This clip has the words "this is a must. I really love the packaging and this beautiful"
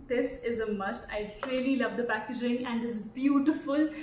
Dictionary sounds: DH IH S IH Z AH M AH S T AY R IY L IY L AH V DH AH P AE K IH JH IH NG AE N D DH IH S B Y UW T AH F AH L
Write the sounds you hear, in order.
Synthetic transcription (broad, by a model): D IH S IH Z AH M AH S T AY L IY L IY L AH V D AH P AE K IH JH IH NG AE N D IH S B Y UW T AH F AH L